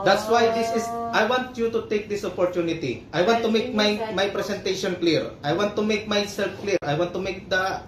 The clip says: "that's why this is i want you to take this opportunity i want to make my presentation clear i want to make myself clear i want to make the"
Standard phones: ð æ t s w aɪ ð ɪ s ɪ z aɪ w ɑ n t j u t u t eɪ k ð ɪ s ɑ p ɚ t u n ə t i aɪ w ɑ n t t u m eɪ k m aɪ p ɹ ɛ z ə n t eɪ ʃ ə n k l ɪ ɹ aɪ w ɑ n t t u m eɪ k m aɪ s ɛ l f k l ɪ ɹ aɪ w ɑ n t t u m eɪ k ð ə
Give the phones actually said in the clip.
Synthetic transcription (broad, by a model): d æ t s w aɪ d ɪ s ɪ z aɪ w ɑ n t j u t u t eɪ k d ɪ s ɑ p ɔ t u n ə t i aɪ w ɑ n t t u m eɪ k m aɪ p ɹ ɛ s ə n t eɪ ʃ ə n k l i ɹ aɪ w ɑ n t t u m eɪ k m aɪ s ɛ l f k l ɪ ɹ aɪ w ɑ n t t u m eɪ k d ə